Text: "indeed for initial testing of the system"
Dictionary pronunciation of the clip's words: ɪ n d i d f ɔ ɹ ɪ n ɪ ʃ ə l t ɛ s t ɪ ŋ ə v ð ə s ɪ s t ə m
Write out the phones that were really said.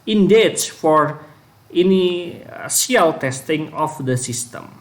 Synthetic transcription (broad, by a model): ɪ n d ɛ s f ɔ ɹ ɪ n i s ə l t ɛ s t ɪ ŋ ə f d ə s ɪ s t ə m